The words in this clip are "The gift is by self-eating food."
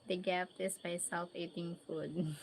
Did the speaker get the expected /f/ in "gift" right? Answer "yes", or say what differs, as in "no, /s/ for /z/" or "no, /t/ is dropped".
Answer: no, /p/ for /f/